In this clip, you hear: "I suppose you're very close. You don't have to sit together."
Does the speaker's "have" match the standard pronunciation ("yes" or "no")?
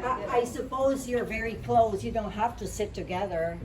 no